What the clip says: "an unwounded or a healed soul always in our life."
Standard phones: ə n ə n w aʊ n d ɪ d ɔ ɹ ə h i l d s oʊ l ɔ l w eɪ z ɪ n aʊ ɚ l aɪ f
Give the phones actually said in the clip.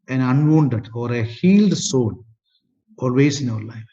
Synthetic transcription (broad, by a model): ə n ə n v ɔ n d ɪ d ɔ ɹ ə h i l d s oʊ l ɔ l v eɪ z ɪ n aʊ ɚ l aɪ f